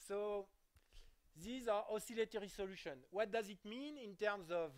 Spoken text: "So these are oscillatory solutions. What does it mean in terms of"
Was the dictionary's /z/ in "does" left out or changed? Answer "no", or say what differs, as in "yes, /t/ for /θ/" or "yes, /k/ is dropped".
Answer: no